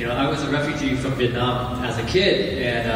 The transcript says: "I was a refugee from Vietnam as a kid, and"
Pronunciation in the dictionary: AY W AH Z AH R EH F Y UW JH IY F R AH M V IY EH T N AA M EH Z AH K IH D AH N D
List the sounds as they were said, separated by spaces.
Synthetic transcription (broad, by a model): AY W AH Z AH R EH F Y UW JH IY F R AH M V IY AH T N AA M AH Z AH K IH D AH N